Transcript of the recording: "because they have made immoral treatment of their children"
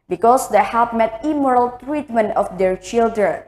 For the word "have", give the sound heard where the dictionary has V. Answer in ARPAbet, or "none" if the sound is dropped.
P